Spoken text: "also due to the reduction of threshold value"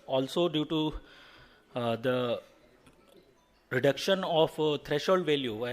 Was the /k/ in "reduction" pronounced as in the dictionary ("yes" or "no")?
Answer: yes